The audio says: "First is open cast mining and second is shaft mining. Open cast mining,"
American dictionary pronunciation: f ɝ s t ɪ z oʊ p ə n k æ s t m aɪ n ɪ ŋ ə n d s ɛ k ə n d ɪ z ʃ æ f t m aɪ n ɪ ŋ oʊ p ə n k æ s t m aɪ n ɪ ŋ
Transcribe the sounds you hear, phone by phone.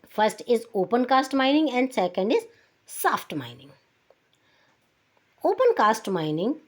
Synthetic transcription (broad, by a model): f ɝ s t ɪ z oʊ p ə n k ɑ s t m aɪ n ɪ ŋ ə n d s ɛ k ə n d ɪ z s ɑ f t m aɪ n ɪ ŋ oʊ p ə n k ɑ s t m aɪ n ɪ ŋ